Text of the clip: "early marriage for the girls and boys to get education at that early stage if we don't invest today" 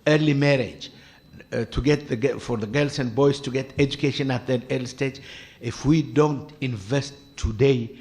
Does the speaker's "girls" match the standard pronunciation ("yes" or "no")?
no